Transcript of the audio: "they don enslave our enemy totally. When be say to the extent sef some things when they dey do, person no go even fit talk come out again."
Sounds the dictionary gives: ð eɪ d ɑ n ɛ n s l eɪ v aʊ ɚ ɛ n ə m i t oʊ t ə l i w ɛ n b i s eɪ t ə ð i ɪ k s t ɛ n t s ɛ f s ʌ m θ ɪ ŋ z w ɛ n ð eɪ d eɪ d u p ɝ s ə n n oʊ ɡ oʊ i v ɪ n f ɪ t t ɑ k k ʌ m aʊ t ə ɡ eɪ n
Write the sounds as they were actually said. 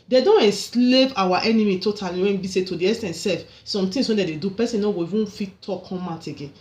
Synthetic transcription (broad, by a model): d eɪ d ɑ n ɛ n s l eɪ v aʊ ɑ ɛ n ə m i t oʊ t ə l i w ɛ n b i s eɪ t ə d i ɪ s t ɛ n s ɛ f s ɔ m t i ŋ s w ɛ n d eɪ d eɪ d u p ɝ s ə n n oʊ ɡ oʊ i v ɪ n f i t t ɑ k k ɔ m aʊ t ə ɡ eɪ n